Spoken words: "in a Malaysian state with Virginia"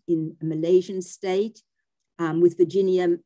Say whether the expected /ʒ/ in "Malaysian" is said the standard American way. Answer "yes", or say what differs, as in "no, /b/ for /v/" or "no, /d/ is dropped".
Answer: yes